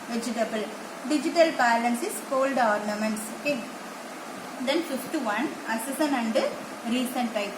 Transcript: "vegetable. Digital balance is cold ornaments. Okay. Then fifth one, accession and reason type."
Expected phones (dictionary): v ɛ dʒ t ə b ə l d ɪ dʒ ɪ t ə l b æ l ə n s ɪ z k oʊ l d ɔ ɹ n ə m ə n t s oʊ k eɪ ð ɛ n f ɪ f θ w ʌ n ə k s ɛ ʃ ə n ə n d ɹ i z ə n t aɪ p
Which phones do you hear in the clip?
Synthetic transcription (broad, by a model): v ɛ dʒ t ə b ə l d ɪ dʒ ɪ t ə l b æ l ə n s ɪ s k oʊ l d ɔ ɹ n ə m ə n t s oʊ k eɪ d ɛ n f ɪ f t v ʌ n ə s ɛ s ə n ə n d ɹ i s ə n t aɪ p